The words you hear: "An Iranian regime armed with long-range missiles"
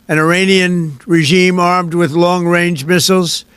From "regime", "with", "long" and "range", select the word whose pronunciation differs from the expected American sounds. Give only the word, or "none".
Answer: none